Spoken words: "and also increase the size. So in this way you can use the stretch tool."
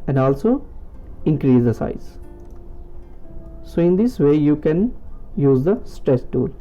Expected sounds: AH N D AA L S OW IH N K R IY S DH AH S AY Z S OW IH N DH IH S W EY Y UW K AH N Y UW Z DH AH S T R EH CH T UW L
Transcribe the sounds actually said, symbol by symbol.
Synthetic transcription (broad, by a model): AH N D AA L S OW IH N K R IY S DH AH S AY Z S OW IH N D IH S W EY Y UW K AH N Y UW Z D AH S T R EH S T UW L